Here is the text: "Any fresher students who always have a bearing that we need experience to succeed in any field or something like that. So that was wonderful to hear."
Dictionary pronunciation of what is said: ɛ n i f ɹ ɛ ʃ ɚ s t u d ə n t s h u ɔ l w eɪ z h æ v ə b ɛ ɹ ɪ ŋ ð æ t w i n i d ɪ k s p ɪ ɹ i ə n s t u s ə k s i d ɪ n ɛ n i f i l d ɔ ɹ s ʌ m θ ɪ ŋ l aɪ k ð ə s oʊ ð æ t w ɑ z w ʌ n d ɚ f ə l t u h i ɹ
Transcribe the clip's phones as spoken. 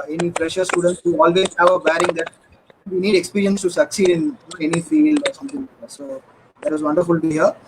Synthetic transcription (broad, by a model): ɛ n i p ɹ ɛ ʃ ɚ s t u d ə n t s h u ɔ l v eɪ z h æ v ə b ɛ ɹ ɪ ŋ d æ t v i n i d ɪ k s p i ɹ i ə n s t u s ə k s i d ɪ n ɛ n i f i l ɔ ɹ s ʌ m t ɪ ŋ s oʊ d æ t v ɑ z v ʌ n d ɚ f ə l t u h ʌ ɹ